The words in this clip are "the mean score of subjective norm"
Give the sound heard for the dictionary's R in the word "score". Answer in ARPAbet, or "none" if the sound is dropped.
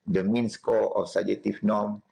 L